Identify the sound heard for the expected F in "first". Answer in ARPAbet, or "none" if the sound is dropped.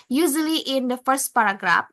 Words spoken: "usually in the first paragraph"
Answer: F